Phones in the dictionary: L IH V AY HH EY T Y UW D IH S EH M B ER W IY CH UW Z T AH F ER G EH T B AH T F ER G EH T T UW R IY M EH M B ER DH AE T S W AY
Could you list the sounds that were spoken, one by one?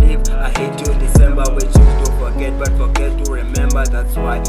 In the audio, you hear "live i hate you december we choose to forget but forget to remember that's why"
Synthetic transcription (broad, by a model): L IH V AY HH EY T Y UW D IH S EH M B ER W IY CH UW T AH F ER G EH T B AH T F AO G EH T T UW R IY M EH M B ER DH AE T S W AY